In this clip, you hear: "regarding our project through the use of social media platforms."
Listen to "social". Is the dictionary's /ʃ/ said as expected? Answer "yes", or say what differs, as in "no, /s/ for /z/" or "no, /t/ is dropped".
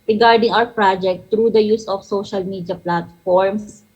yes